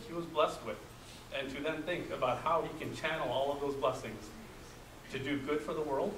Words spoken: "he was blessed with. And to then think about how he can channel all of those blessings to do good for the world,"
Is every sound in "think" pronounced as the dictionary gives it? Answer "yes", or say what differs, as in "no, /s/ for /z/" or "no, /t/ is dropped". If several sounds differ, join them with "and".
yes